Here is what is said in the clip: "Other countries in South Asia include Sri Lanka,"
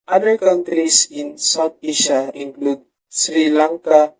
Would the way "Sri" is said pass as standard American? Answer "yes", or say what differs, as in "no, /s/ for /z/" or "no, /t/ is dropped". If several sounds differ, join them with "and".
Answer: yes